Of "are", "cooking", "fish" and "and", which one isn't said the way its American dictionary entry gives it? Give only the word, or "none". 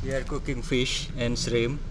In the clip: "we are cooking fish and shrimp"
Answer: none